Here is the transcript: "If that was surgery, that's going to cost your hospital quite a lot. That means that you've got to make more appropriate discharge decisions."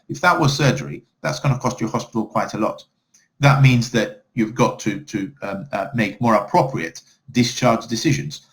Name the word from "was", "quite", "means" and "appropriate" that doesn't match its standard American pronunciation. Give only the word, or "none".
none